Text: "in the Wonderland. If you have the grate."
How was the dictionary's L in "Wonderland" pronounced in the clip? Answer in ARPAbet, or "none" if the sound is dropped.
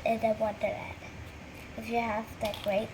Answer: none